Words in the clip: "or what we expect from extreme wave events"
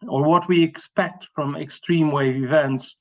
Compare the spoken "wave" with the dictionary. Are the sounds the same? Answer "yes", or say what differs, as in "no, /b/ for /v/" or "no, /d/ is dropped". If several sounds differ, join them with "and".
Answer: yes